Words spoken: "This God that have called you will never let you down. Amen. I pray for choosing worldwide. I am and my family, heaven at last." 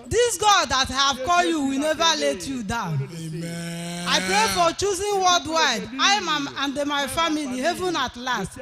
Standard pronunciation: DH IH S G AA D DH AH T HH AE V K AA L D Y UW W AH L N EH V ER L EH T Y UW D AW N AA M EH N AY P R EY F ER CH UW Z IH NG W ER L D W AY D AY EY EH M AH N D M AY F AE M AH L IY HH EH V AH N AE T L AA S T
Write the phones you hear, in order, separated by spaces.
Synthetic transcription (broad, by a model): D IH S G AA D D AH T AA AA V K AA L Y UW W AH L N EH V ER L EH T Y UW D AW AA UH N AY P R EY F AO CH UW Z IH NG W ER L D W AY D AY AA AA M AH N D M AY F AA M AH L IY HH EH V AH N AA T L AA S T